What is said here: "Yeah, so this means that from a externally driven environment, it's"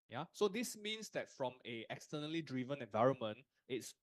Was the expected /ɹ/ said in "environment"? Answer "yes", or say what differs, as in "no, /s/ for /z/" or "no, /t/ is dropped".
yes